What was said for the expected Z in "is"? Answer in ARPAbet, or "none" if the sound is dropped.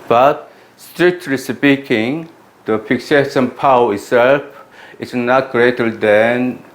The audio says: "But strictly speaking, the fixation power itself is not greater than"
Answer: S